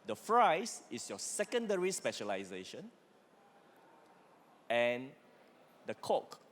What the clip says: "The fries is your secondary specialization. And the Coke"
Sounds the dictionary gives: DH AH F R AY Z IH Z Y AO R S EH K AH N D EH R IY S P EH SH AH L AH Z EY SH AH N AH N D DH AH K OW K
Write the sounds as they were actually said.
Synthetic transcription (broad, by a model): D AH F R AY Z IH S Y AO S EH K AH N D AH R IY S P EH SH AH L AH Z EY SH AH N AH N D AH K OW K